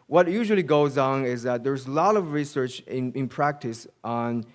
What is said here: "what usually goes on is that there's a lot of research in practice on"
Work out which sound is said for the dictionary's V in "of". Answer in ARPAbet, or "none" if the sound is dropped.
V